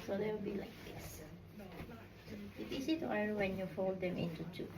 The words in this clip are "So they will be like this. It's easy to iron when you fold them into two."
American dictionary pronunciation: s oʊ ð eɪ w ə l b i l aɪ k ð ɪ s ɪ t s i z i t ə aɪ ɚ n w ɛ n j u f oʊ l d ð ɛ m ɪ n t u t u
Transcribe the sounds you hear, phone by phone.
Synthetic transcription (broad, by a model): s oʊ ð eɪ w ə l b i l aɪ k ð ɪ s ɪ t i s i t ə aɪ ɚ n w ɛ n j u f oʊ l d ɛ m ɪ n t u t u